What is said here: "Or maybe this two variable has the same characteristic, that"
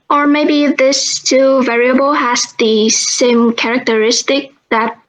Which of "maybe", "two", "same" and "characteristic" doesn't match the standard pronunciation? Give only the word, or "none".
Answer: none